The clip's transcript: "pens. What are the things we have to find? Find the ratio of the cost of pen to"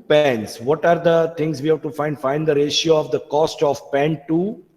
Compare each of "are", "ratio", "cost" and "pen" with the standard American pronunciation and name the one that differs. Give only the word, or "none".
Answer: none